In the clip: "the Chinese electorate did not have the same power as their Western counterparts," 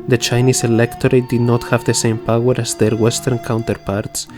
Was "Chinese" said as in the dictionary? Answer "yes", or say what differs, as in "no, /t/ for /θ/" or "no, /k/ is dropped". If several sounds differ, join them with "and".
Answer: no, /s/ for /z/